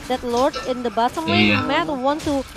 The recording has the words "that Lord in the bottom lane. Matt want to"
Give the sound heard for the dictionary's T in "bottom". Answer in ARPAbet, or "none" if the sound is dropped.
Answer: S